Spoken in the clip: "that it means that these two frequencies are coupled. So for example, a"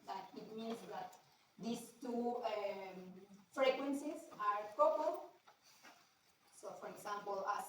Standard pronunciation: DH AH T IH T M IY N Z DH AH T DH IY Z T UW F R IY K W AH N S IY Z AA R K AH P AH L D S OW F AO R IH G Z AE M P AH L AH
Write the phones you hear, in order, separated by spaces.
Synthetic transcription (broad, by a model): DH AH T IH T M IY N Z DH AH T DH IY S T UW F R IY K W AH N S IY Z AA R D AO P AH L S OW F AO R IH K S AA M P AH L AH